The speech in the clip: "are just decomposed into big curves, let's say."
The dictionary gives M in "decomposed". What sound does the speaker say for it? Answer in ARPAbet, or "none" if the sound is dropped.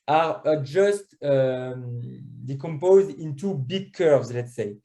M